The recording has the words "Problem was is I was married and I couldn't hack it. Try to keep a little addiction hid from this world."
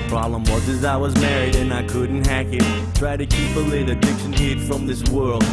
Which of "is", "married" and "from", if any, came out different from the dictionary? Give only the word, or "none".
none